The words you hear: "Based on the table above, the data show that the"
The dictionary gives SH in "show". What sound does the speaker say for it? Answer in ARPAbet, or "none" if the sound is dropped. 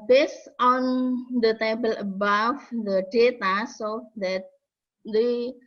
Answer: S